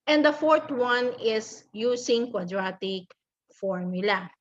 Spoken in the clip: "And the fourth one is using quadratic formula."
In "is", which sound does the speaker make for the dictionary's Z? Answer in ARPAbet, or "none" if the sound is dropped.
S